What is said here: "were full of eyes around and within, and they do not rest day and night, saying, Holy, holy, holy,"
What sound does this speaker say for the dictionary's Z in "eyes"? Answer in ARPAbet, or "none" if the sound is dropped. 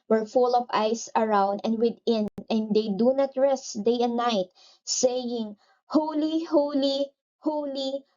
S